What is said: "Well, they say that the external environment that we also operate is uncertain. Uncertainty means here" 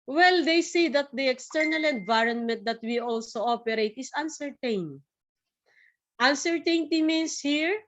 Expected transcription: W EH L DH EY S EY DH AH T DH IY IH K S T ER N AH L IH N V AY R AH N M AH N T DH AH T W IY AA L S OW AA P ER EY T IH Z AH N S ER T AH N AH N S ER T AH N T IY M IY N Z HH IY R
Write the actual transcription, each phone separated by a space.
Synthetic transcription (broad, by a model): W EH L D EY S EY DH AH T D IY IH K S T ER N AH L IH N V AY R AH N M AH N T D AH T W IY AA L S OW AA P ER EY T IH S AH N S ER T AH N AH N S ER T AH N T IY M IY N S HH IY R